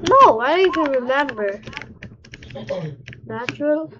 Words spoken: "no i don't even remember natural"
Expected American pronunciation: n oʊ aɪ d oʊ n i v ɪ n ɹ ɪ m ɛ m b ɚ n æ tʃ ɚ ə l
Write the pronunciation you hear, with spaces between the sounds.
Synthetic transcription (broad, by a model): n oʊ aɪ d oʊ i v ɪ n ɹ ɪ m ɛ m b ɚ n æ tʃ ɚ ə l